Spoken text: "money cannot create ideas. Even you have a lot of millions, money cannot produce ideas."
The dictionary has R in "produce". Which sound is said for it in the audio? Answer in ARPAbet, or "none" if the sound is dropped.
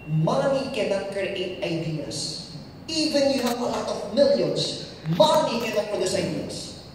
none